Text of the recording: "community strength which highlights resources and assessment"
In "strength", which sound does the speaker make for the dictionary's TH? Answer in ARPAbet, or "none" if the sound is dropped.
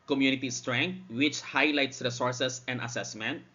T